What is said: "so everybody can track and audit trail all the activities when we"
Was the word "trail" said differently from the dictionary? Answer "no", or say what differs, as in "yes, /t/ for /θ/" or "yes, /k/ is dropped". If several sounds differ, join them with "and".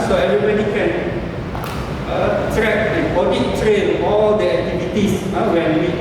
yes, /n/ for /l/